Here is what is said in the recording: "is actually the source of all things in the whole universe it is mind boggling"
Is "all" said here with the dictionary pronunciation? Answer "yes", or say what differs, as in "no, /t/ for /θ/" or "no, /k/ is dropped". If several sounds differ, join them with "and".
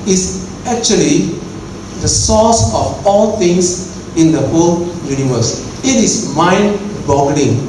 yes